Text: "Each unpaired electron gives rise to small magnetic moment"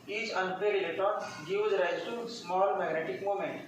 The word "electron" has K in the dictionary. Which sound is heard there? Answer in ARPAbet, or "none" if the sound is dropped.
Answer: none